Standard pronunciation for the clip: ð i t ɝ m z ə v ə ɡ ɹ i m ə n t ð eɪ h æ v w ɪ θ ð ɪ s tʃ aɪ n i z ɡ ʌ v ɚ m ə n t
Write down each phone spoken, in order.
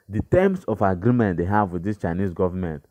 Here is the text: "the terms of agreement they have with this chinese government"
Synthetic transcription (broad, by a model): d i t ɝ m s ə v ə ɡ ɹ i m ə n t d eɪ h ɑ v w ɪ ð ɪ s tʃ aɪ n i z ɡ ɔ v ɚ m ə n t